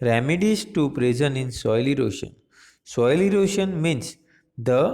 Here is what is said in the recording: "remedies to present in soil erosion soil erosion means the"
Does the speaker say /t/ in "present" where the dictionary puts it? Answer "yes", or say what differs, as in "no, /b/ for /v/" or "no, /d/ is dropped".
no, /t/ is dropped